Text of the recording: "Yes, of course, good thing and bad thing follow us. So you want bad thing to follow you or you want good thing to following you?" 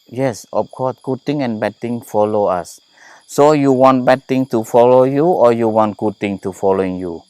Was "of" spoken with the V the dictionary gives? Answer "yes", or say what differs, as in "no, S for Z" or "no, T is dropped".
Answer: no, F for V